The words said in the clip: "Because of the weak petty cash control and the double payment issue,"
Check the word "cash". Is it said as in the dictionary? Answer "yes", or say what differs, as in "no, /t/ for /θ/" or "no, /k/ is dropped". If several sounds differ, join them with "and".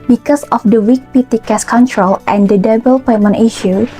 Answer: no, /s/ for /ʃ/